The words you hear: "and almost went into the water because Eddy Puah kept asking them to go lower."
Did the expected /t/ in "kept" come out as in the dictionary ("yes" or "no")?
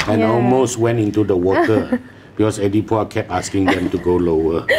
no